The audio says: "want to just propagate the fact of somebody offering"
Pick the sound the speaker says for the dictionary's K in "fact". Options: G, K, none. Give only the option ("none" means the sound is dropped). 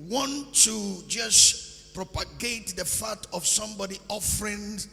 none